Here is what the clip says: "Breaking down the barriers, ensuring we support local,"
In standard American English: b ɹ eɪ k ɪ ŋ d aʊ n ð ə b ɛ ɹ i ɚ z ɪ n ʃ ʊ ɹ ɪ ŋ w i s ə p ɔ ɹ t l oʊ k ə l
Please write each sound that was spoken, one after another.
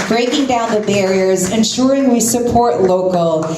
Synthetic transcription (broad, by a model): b ɹ eɪ k ɪ ŋ d aʊ n ð ə b ɛ ɹ i ɚ z ɪ n ʃ ʊ ɹ ɪ ŋ w i s ə p ɔ ɹ t l oʊ k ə l